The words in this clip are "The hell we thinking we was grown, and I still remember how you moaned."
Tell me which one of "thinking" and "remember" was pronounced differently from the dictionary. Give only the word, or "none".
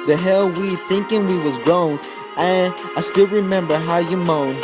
none